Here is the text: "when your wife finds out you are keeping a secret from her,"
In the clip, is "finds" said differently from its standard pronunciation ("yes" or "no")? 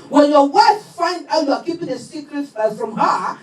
yes